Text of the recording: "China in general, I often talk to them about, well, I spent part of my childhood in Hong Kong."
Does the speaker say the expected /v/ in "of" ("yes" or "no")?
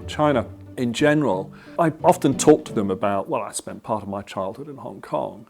yes